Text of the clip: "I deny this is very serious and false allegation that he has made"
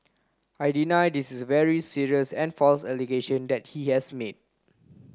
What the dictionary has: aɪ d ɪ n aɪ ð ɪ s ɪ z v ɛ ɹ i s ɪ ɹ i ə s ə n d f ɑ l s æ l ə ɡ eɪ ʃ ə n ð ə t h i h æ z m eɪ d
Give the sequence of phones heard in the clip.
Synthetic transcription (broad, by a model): aɪ d ɪ n aɪ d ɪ s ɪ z v ɛ ɹ i s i ɹ i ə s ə n f ɑ l s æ l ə ɡ eɪ ʃ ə n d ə t h i h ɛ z m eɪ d